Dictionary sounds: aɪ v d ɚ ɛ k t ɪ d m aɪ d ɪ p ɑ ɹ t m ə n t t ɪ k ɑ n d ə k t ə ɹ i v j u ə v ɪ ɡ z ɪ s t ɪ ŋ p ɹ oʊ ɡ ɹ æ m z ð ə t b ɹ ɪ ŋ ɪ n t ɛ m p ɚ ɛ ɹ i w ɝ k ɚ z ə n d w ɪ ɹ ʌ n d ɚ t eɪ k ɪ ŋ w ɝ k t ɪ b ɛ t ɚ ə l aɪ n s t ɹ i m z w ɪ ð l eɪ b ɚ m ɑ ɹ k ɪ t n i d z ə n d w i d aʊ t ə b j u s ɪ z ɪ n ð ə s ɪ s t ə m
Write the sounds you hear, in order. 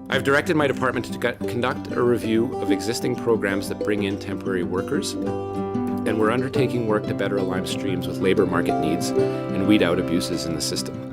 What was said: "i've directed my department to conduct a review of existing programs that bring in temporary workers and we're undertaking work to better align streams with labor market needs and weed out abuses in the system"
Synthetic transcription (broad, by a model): aɪ v d ɚ ɛ k t ɪ d m aɪ d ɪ p ɑ ɹ t m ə n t t ɪ k n d ə k t ə ɹ i v j u ə v ɪ ɡ z ɪ s t ɪ ŋ p ɹ oʊ ɡ ɹ æ m z ð ə t b ɹ ɪ ŋ ɪ n t ɛ m p ɚ ɛ ɹ i w ɝ k ɚ z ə n w ɪ ɹ ʌ n d ɚ t eɪ k ɪ ŋ w ɝ k t ɪ b ɛ t ɚ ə l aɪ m s t ɹ i m z w ɪ ð l eɪ b ɚ m ɑ ɹ k ɪ t n i d z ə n w i d aʊ t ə b j u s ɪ z ɪ n ð ə s ɪ s t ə m